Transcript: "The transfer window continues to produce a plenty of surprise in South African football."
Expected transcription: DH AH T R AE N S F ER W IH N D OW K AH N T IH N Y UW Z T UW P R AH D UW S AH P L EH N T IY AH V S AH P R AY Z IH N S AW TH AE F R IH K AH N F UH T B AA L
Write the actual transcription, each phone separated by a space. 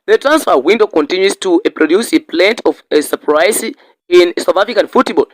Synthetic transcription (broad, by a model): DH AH T R AE N S F ER W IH N D OW K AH N T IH N Y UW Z T UW P R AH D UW S AH P L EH N T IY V S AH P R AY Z IH N S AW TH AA F R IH K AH N F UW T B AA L